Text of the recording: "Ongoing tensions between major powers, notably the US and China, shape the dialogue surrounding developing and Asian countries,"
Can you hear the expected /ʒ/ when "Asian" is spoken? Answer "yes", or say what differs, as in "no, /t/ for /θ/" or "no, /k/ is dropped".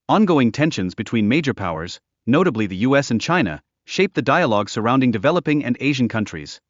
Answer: yes